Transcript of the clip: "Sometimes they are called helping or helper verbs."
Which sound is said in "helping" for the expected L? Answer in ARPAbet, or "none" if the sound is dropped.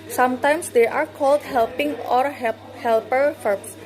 L